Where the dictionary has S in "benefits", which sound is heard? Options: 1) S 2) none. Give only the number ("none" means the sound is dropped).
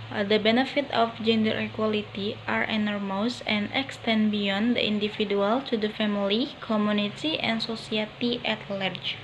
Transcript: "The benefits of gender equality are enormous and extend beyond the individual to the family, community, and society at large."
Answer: 2